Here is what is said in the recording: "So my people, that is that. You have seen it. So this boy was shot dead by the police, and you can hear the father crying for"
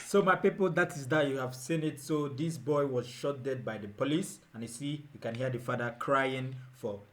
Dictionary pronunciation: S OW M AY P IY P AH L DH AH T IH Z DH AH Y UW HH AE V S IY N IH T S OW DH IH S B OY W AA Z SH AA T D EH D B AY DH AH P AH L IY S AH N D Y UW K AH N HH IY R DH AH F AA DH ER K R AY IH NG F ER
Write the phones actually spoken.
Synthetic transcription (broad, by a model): S OW M AY P IY P AH L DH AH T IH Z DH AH Y UW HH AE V S IY N IH T S OW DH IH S B OY W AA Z SH AA T D EH D B AY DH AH P AH L IY S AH N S Y UW K AH N HH IY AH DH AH F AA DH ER K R AY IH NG F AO